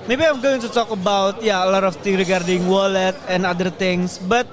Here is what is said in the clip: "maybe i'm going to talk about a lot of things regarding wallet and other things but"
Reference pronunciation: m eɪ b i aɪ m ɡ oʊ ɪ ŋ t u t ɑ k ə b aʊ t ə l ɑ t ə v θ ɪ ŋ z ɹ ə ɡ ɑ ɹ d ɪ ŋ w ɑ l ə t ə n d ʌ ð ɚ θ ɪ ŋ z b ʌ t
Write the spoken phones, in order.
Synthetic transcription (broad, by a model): m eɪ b i aɪ m ɡ oʊ ɪ ŋ t u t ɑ k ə b aʊ t ə l ɑ t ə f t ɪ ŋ ɹ ə ɡ ɑ ɹ d ɪ ŋ w ɑ l ə t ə n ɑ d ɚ t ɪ ŋ s b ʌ t